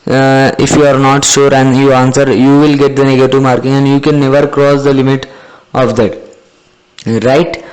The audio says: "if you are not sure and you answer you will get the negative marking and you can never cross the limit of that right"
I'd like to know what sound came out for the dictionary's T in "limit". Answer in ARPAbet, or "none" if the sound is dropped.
T